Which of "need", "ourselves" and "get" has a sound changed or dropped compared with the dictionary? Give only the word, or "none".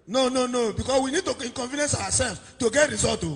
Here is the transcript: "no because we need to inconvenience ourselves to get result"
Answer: ourselves